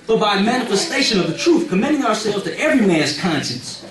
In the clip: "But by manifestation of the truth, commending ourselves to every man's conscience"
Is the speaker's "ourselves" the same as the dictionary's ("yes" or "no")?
no